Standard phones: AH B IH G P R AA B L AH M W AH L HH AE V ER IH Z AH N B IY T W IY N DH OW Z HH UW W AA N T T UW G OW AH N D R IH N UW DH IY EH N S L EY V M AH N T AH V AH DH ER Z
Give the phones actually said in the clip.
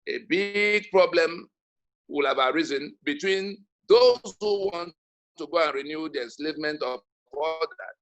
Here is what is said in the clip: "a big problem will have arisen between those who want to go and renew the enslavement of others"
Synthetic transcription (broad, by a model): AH B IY G P R AA B L AH M W AH L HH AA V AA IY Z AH N B IY T W IY N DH OW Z HH UW W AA N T T UW G OW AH N R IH N UW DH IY EH N S L EY V M AH N T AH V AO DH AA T